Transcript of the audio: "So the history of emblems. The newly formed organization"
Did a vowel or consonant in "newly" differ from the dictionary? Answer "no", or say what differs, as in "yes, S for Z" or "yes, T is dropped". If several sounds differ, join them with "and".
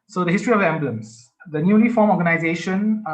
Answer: yes, N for L